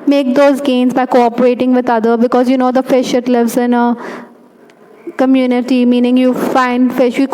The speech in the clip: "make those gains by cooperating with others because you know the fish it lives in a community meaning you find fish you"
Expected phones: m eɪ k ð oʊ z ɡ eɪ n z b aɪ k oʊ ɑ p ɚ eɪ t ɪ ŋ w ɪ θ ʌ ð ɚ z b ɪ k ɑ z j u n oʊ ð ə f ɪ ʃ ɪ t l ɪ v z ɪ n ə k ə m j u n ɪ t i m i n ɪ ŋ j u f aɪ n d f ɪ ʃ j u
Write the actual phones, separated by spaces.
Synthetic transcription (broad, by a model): m eɪ k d oʊ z ɡ eɪ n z b aɪ k oʊ ɑ p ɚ eɪ t ɪ ŋ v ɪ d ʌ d ɚ b ɪ k ɑ z j u n oʊ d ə f ɪ ʃ ɪ t l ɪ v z ɪ n ə k ə m j u n ɪ t i m i n ɪ ŋ j u f aɪ n d f ɪ ʃ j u